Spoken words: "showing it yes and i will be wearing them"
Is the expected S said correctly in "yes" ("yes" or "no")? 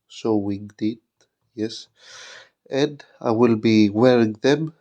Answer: yes